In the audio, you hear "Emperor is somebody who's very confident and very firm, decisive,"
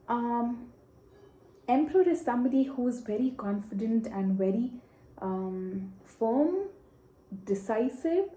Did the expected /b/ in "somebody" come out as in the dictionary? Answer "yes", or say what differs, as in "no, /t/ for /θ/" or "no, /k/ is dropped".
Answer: yes